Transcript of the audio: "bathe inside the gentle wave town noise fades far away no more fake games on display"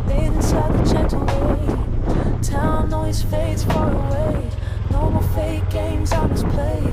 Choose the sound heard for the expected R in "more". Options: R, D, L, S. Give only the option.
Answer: L